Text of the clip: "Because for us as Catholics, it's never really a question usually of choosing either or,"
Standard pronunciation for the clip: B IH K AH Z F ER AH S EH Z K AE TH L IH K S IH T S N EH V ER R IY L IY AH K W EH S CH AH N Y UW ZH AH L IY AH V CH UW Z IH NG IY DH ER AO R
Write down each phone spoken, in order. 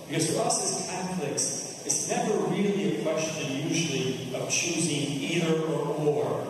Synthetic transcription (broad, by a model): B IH K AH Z F ER AH S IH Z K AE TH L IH K S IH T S N EH V ER R IY L IY AH K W EH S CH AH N Y UW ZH L IY AH V CH UW Z IH NG IY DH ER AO R